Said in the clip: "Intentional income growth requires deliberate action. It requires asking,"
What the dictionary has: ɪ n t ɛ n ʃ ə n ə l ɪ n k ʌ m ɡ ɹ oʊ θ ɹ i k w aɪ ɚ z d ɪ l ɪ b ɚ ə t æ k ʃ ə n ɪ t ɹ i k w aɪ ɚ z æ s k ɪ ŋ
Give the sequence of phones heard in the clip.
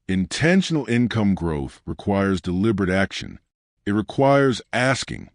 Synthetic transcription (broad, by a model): ɪ n t ɛ n ʃ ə n l ɪ n k ʌ m ɡ ɹ oʊ θ ɹ i k w aɪ ɚ z d ɪ l ɪ b ɚ ə t æ k ʃ ə n ɪ t ɹ i k w aɪ ɚ z æ s k ɪ ŋ